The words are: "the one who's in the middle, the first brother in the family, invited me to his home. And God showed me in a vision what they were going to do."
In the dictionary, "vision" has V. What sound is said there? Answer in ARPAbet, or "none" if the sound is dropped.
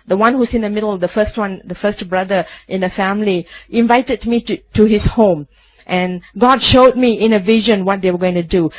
V